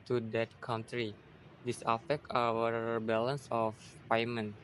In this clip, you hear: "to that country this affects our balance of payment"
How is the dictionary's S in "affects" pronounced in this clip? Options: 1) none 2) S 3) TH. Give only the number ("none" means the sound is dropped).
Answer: 1